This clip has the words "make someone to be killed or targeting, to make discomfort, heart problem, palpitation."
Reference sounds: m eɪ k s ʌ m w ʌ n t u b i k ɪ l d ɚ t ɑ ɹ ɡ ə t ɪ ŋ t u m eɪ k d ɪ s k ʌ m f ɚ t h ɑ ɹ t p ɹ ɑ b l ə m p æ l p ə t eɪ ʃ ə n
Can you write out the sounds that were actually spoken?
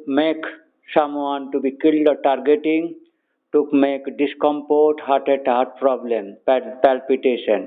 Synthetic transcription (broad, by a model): m eɪ k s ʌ m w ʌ n t u b i k ɪ l d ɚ t ɑ ɹ ɡ ə t ɪ ŋ t u m eɪ k d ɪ s k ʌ m p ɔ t h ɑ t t p ɹ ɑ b l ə m p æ l p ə t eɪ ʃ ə n